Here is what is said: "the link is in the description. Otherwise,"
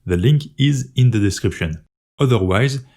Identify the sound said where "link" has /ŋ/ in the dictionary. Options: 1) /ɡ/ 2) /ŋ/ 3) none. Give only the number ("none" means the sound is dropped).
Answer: 2